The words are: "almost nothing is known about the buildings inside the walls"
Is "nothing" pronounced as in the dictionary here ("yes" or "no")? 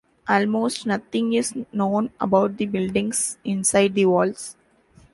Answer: no